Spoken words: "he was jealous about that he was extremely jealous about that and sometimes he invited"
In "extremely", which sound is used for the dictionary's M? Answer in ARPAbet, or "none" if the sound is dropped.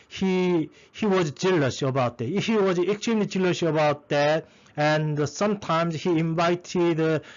none